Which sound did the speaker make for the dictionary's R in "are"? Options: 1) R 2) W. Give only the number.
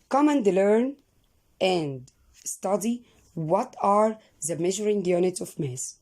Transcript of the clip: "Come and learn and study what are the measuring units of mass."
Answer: 1